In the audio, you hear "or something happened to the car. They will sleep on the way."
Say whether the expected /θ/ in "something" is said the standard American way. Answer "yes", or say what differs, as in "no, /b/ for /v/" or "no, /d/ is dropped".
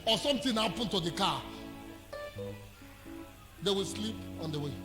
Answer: no, /t/ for /θ/